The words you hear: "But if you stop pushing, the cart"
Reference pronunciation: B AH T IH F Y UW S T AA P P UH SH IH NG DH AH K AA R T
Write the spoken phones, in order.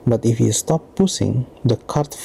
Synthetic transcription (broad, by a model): B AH T IH F Y UW S T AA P P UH S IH NG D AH K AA R T